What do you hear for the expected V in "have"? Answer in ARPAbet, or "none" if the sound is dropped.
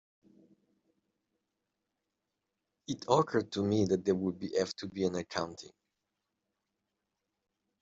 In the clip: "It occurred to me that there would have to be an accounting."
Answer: F